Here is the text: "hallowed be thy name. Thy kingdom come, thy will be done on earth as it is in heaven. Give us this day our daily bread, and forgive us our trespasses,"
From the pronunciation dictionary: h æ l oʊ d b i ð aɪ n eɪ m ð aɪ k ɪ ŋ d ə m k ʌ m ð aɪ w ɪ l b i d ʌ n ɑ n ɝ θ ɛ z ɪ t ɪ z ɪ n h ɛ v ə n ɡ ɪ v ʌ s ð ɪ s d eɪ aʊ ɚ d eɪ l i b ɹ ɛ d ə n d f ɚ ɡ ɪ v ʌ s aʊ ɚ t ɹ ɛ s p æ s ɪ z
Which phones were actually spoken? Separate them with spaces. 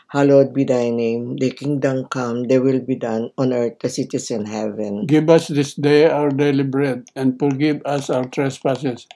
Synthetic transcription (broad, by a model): h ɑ l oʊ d b i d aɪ n eɪ m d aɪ k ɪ ŋ d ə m k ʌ m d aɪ w ɪ l b i d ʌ n ɑ n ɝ t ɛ s ɪ t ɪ s ɪ n h ɛ v ə n ɡ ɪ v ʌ s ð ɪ s d eɪ aʊ ɚ d eɪ l i b ɹ ɛ d ə n d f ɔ ɡ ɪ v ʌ s aʊ ɚ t ɹ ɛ s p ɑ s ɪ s